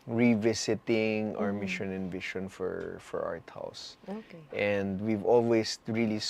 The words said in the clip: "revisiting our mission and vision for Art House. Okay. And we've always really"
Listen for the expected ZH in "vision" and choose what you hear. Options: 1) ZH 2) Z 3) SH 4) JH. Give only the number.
3